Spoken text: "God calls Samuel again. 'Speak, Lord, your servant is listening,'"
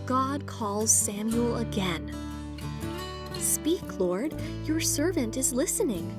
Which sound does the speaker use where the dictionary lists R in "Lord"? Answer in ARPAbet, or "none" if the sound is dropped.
R